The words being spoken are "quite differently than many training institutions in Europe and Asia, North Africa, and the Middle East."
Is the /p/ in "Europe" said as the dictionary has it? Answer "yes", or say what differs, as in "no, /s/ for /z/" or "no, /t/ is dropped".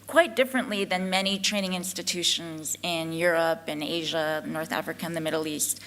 yes